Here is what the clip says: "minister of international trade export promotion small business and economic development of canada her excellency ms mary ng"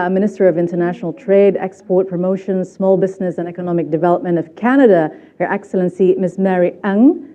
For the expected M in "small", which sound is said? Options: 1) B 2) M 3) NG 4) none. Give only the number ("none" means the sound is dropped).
2